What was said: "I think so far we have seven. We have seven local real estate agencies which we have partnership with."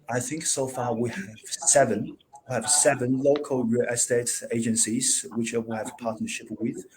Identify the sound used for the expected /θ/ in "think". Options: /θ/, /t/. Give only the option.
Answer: /θ/